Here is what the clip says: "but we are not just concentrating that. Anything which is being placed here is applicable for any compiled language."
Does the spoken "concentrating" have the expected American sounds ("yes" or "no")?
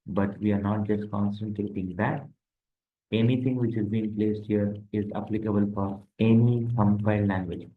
no